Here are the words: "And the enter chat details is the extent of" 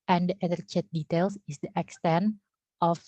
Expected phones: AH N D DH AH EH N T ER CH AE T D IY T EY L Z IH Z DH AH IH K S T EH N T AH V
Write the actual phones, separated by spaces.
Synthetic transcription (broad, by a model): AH N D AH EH T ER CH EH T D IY T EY L S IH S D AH IH K S T EH N T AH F